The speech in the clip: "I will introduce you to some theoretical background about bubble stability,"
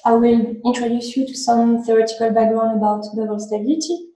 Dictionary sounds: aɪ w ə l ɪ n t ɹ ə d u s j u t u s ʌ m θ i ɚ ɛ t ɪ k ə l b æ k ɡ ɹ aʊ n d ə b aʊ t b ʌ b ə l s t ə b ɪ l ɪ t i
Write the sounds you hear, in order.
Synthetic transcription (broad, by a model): aɪ w ə l ɪ n t ɹ ə d u s j u t u s ʌ m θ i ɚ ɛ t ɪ k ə l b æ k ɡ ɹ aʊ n ə b aʊ t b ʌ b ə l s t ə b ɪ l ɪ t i